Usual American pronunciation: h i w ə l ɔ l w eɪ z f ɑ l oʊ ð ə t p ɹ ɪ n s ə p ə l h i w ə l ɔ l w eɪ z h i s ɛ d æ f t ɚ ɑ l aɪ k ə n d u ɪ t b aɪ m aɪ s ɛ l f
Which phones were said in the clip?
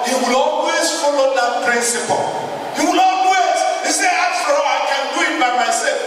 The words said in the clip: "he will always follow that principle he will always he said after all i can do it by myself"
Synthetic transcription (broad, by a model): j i w ə l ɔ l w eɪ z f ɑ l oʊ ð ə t p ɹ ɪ n s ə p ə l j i w ə l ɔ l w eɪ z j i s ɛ ɑ t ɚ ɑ aɪ k ə n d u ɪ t b aɪ m aɪ s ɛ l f